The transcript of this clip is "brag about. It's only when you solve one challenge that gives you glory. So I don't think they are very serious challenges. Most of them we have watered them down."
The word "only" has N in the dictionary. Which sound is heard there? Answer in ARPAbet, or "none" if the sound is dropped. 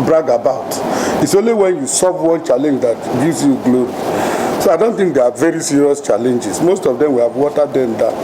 N